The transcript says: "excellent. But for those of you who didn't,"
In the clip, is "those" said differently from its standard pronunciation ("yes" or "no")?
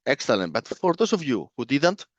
yes